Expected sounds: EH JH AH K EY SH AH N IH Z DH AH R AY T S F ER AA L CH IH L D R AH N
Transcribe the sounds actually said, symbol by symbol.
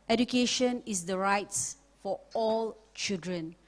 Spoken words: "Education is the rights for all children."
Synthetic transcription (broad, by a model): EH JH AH K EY SH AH N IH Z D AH R AY T S F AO AA L CH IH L D R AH N